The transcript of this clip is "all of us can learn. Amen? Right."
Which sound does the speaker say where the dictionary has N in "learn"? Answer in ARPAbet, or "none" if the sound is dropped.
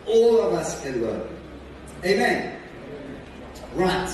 none